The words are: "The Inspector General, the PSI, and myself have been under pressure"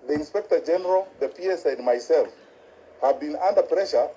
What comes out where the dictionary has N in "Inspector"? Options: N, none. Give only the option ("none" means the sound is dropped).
N